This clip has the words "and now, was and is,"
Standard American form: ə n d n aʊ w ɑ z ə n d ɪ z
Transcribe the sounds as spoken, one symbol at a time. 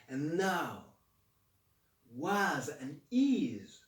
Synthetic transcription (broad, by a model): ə n n aʊ w ɑ z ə n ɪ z